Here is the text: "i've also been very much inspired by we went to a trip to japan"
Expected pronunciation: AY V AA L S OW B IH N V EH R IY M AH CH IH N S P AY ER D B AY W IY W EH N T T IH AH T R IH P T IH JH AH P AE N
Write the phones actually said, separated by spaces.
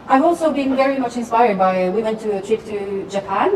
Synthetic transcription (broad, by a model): AY V AA L S OW B IH N V EH R IY M AH CH IH N S P AY ER D B AY W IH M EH N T T IH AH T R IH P T IH JH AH P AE N